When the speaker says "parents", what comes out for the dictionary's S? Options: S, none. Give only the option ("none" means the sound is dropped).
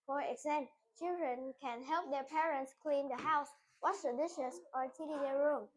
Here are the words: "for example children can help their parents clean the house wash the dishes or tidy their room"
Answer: S